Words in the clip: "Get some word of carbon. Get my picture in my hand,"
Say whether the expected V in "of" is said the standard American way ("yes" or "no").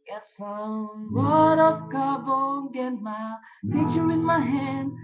no